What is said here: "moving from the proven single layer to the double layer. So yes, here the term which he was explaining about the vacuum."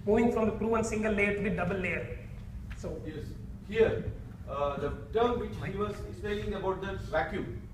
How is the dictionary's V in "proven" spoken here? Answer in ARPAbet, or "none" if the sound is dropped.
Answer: none